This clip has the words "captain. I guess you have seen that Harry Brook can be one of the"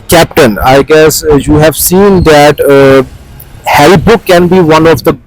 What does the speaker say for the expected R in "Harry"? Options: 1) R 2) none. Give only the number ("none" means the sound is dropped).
2